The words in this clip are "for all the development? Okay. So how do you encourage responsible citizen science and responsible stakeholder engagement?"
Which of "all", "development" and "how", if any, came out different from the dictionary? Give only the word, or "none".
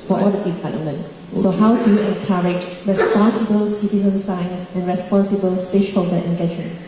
development